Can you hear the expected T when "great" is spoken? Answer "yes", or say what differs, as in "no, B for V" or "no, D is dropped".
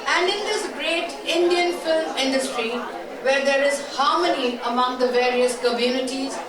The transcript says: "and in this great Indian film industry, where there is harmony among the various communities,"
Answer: yes